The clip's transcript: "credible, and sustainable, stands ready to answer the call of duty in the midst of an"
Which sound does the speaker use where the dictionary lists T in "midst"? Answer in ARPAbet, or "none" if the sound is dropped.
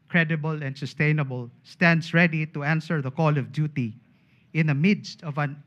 T